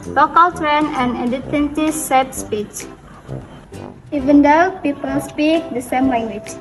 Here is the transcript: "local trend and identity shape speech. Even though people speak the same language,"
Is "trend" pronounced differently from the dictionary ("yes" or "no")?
yes